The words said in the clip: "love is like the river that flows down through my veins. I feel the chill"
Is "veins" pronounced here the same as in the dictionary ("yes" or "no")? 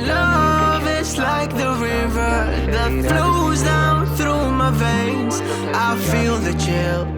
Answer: yes